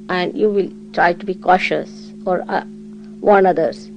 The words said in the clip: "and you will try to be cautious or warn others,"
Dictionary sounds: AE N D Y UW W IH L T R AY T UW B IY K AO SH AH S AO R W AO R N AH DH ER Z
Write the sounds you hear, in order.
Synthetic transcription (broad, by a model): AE N D Y UW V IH L T R AY T UW B IY K AO SH AH S AO R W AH N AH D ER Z